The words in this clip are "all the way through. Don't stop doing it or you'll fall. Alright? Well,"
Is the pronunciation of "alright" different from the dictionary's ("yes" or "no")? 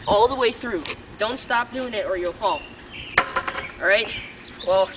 yes